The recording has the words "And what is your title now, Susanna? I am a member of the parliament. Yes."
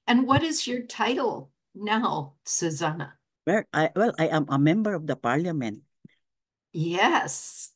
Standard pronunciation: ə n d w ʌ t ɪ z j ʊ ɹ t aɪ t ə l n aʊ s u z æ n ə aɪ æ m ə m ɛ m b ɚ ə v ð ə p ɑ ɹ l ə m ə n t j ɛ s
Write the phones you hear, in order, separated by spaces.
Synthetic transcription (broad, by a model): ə n w ʌ t ɪ z j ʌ ɹ t aɪ t l n aʊ s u z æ n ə aɪ æ m ə m ɛ m b ɚ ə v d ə p ɑ ɹ l ə m ə n t j ɛ s